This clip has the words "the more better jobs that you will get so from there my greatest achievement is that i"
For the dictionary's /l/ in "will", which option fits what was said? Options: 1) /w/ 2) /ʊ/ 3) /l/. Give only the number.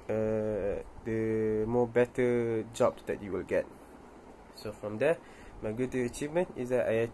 3